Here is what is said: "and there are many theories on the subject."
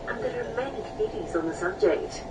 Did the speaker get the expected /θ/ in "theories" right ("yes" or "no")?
no